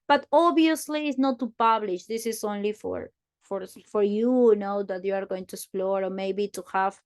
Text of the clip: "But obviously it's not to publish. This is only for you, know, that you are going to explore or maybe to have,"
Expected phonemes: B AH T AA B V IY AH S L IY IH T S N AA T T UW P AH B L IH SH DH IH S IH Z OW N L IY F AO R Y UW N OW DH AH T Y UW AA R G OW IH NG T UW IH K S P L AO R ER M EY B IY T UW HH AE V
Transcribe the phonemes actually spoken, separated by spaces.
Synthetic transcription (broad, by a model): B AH T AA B IY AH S L IY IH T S N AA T T UW P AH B L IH SH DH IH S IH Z OW N L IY F AO R Y UW N OW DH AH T Y UW AA R G OW IH NG T UW IH K S P L AO R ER M EY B IY T UW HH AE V